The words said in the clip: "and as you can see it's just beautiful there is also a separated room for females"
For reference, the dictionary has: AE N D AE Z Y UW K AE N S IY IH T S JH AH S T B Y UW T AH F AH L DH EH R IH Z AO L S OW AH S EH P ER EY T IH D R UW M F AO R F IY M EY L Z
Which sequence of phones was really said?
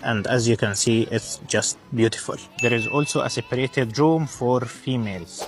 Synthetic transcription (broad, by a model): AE N D AE Z Y UW K AE N S IY IH T S JH AH S T B Y UW T AH F AH L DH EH R IH Z AO L S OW AH S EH P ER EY T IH D R UW M F AO R F IY M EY L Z